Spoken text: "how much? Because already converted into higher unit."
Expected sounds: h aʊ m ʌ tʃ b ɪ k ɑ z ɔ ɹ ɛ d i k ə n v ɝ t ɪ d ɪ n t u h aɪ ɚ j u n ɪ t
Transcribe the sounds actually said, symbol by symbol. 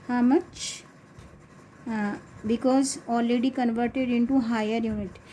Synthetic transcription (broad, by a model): h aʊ m ʌ tʃ b ɪ k ɑ z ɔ l ɛ d i k ə n v ɝ t ɪ d ɪ n t u h aɪ ɚ j u n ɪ t